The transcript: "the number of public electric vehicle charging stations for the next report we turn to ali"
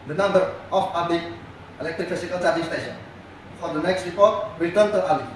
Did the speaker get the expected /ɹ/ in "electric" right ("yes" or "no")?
yes